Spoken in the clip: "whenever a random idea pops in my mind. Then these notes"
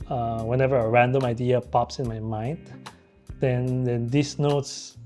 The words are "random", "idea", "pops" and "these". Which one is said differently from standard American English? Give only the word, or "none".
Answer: these